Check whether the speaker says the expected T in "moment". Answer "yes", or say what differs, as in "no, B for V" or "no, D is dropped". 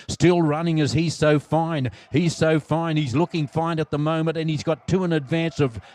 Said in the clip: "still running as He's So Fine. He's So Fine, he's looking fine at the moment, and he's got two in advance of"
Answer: no, T is dropped